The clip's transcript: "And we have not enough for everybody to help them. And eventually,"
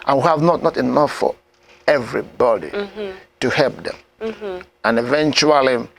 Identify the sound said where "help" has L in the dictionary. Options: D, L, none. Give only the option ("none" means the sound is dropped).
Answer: L